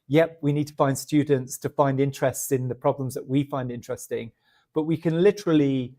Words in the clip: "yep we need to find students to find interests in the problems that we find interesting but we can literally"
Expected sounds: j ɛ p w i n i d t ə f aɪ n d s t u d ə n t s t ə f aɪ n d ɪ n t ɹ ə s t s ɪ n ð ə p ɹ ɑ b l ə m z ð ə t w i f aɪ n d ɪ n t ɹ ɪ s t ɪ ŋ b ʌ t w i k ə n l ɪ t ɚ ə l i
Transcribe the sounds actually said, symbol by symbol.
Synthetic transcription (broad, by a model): j ɛ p w i n i d t ə f aɪ n d s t u d n t s t ə f aɪ n d ɪ n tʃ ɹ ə s t s ɪ n ð ə p ɹ ɑ b l ə m z ð ə t w i f aɪ n d ɪ n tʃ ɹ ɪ s t ɪ ŋ b ʌ t w i k ə n l ɪ t ɚ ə l i